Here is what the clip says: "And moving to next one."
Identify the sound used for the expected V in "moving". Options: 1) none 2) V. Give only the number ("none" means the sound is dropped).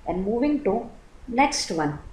2